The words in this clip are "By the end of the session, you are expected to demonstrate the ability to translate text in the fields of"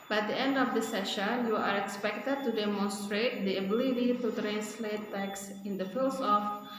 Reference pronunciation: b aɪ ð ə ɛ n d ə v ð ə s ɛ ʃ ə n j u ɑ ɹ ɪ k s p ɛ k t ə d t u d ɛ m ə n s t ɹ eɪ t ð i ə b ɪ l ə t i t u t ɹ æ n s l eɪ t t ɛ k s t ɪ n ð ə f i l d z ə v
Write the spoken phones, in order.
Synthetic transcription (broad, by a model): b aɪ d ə ɛ n d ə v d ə s ɛ ʃ ə n j u ɑ ɹ ɪ k s p ɛ k t ə d t u d ɛ m ə n s t ɹ eɪ t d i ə b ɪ l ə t i t u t ɹ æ n s l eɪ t t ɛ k s ɪ n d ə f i l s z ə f